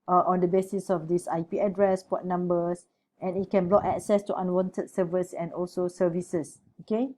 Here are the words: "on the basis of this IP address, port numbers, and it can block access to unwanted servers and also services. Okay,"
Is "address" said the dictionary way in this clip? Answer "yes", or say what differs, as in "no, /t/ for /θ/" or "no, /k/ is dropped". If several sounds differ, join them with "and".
yes